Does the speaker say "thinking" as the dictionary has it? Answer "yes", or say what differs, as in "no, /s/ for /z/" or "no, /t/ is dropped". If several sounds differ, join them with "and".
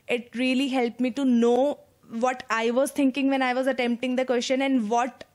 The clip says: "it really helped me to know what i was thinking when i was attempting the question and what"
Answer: no, /t/ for /θ/